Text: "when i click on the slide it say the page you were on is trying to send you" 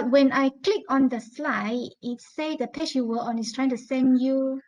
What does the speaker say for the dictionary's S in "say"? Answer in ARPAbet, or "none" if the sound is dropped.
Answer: S